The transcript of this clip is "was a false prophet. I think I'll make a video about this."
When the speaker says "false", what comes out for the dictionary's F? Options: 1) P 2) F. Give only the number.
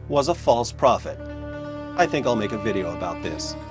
2